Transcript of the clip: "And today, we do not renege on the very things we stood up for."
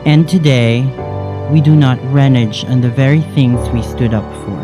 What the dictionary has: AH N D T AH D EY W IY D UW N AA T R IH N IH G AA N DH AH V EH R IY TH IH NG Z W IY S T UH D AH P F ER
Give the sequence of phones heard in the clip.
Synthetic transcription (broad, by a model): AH N T AH D EY W IY D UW N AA T R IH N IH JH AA N DH AH V EH R IY TH IH NG Z W IY S T UH D AH P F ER